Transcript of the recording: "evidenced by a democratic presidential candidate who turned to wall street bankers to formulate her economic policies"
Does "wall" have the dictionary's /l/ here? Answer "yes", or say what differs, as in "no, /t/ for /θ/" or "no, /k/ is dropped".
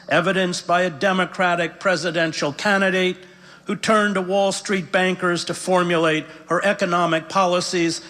yes